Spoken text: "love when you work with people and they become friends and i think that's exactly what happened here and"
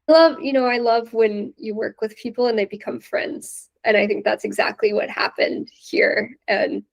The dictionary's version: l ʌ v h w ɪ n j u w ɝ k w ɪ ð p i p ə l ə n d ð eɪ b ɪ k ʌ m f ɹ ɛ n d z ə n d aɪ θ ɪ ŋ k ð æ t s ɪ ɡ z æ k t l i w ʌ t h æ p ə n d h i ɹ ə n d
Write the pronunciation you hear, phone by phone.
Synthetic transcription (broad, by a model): l ʌ v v w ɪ n j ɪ w ɝ k w ɪ ð p i p l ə n ð eɪ b ɪ k ʌ m f ɹ ɛ n d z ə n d aɪ θ ɪ ŋ k ð æ t s ɪ ɡ z æ k t l i w ʌ t h æ p ə n d h i ɹ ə n